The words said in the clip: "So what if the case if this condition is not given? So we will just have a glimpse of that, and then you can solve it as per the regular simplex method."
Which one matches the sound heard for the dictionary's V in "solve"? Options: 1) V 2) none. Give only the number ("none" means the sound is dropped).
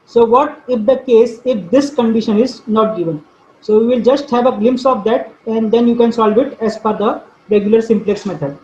1